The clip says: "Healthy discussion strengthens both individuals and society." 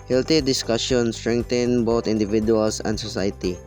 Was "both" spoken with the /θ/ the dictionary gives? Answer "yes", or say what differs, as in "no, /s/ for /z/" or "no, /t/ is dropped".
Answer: no, /t/ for /θ/